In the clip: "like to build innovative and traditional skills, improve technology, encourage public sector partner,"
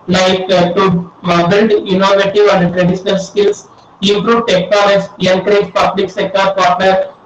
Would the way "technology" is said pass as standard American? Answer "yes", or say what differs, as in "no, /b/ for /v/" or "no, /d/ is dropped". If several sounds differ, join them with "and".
no, /n/ is dropped